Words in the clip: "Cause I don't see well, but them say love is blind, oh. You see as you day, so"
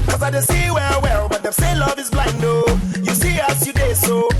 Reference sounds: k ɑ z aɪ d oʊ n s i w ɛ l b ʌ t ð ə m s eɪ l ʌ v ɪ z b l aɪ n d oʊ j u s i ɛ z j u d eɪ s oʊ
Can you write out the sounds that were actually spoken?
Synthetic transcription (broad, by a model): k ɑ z aɪ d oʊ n s i w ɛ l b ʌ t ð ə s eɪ l ʌ v ɪ z b l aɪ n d oʊ j u s i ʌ s j u d eɪ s oʊ